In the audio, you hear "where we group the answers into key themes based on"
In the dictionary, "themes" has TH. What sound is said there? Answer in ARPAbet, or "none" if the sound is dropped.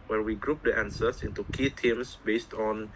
T